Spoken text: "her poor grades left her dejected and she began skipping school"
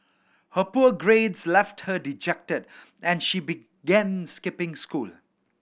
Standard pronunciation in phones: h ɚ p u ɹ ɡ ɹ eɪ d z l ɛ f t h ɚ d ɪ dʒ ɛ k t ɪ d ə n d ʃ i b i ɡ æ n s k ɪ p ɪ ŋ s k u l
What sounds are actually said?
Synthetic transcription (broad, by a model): h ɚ p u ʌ ɡ ɹ eɪ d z l ɛ f t h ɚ d ɪ dʒ ɛ k t ɪ d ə n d ʃ i b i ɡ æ n s k ɪ p ɪ ŋ s k u l